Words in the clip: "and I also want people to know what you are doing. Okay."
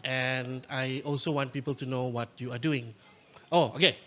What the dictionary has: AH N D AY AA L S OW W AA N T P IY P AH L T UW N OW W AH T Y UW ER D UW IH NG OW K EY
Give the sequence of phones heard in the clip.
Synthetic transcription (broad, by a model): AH N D AY AA L S OW W AA N T P IY P AH L T UW N OW W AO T Y UW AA D UW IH NG OW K EY